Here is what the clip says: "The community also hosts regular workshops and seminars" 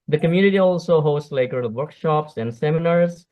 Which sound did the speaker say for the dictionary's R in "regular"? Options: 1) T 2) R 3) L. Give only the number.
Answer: 3